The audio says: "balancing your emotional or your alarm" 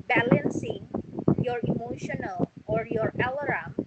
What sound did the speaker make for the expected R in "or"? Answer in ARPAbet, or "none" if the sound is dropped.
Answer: R